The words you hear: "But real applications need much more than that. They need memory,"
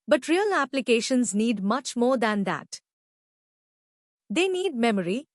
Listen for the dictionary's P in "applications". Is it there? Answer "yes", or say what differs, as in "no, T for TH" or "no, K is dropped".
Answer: yes